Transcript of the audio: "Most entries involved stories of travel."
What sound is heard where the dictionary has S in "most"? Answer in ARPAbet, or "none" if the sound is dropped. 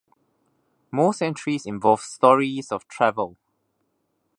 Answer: S